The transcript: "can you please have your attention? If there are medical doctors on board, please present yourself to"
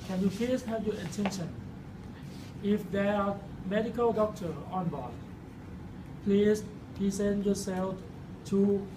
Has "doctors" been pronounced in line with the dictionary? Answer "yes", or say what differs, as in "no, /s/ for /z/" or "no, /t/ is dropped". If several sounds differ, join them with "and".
no, /z/ is dropped